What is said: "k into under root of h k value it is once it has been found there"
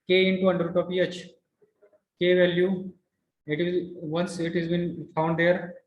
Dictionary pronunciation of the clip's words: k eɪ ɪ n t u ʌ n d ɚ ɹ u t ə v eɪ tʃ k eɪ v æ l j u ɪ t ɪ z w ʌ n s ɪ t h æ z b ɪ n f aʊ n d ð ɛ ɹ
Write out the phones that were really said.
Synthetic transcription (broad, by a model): k eɪ ɪ n t u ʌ n d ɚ ɹ u t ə p eɪ tʃ k eɪ v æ l j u ɪ t ɪ z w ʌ n s ɪ t h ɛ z b ɪ n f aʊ n d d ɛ ɹ